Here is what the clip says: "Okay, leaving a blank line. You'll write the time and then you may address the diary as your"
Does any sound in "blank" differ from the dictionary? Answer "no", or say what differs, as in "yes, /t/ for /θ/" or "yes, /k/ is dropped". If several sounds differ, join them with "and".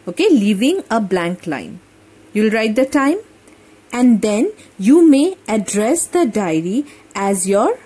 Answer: no